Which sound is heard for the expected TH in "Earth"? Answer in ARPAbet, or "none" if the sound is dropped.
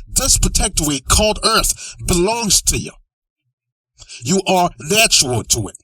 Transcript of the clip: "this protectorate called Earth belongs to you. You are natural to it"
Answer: TH